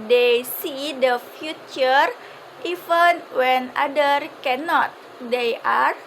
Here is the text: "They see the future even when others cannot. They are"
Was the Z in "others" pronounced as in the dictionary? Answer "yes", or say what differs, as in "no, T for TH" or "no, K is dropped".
no, Z is dropped